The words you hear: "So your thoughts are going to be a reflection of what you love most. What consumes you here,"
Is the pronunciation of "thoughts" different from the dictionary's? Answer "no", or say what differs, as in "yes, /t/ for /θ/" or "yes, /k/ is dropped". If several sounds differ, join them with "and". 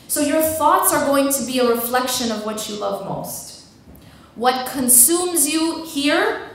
no